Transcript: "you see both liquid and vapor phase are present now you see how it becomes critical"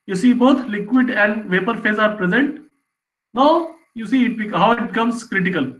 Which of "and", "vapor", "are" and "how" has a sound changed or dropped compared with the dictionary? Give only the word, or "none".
none